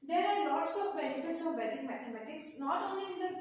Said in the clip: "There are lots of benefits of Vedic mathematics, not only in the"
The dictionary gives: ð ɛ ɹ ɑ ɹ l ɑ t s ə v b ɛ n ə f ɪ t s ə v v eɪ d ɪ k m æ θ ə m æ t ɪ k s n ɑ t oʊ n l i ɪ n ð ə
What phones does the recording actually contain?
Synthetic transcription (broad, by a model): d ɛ ɹ ɑ ɹ l ɑ t s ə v b ɛ n ə f ɪ t s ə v b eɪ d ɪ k m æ t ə m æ t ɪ k s n ɑ t oʊ n l i ɪ n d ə